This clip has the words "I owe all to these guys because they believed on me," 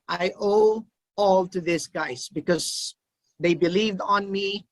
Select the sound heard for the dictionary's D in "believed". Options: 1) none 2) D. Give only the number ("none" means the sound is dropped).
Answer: 2